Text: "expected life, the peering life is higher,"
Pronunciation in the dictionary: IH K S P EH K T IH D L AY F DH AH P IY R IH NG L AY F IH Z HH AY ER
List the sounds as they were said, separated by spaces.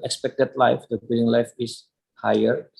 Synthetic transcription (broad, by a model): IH K S P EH K T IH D L AY F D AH B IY L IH NG L AY F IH S HH AY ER